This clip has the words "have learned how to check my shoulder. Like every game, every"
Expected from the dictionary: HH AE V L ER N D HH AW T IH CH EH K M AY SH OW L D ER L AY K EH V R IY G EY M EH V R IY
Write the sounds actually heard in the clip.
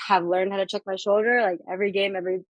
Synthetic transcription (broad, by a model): HH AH V L ER N D HH AW T IH CH EH K M AY SH OW L D ER L AY K EH V R IY G EY M EH V R IY